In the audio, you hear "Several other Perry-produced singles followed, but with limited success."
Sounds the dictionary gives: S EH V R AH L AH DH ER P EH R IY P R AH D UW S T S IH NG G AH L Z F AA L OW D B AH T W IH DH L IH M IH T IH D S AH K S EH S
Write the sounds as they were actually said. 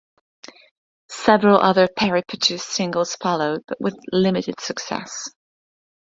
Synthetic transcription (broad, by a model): S EH V R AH L AH DH ER P EH R IY P AH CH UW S S IH NG G AH L Z F AA L OW D B AH T W IH DH L IH M IH T IH D S AH K S EH S